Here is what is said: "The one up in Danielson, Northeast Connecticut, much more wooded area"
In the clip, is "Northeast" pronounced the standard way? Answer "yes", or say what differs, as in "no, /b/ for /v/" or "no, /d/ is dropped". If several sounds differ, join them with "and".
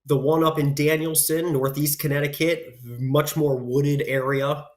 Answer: yes